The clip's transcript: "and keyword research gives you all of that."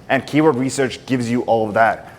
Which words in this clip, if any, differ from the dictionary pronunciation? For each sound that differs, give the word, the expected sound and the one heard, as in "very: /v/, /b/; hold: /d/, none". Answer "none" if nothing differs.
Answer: none